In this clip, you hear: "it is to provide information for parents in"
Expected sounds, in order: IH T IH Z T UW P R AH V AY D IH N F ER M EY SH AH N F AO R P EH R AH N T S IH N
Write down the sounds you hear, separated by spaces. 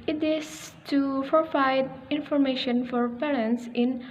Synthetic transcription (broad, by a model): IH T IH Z T UW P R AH F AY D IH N F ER M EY SH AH N F AO R P EH R AH N T S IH N